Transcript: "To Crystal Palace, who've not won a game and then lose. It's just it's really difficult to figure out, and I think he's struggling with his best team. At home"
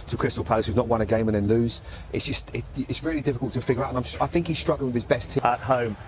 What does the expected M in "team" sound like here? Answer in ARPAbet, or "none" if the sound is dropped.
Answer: none